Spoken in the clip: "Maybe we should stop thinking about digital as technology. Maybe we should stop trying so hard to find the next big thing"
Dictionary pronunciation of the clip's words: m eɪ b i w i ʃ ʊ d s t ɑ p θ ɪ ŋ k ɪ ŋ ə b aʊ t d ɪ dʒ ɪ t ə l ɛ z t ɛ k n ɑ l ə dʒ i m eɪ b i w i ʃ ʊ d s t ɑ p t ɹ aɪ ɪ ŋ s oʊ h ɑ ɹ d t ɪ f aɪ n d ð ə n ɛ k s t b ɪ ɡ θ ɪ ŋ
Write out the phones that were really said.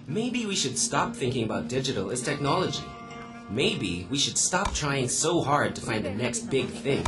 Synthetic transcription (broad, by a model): m eɪ b i w i ʃ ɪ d s t ɑ p θ ɪ ŋ k ɪ ŋ ə b aʊ t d ɪ dʒ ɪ t l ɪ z t ɛ k n ɑ l ə dʒ i m eɪ b i w i ʃ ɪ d s t ɑ p t ɹ aɪ ɪ ŋ s oʊ h ɑ ɹ d t ɪ f aɪ n ð ə n ɛ k s t b ɪ ɡ θ ɪ ŋ